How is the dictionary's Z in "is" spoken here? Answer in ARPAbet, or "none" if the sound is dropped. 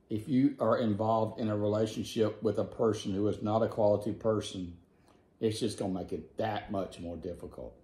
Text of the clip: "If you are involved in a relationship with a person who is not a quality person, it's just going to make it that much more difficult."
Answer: Z